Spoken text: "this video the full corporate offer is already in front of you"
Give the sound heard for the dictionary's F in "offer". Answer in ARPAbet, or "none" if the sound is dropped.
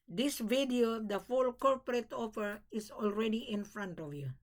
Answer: P